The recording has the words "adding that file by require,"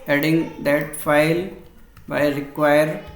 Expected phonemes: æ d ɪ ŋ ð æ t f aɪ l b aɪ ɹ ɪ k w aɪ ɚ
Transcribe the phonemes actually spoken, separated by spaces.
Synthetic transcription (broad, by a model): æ d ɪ ŋ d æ t f aɪ l b aɪ ɹ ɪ k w aɪ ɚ